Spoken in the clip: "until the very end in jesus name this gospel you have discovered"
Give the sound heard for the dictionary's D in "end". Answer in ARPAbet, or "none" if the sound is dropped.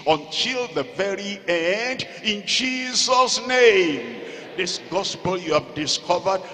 D